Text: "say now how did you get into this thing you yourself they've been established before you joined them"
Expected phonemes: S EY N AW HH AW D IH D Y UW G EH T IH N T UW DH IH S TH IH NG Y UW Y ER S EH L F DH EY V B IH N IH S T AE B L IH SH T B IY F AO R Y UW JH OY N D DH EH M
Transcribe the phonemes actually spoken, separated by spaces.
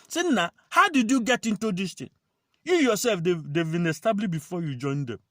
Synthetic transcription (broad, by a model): S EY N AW HH AW D IH D Y UW G EH T IH N T UW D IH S T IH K Y UW Y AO S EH L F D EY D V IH N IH S T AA B L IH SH B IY F AO Y UW JH OY N D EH M